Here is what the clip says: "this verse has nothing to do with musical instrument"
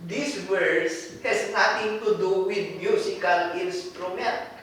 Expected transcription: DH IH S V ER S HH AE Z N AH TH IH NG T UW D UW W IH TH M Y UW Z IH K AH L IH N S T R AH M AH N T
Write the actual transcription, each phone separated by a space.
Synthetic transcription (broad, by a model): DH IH S W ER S HH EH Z N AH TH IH NG T UW D UW W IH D M Y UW S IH K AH L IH N S T R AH M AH N T